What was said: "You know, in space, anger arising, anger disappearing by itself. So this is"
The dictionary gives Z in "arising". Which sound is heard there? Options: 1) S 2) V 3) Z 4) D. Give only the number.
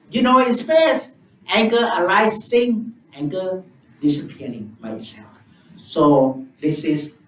1